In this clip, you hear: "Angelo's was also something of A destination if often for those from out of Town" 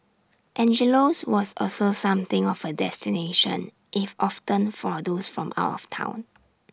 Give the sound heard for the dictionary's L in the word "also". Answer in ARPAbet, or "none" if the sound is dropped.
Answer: L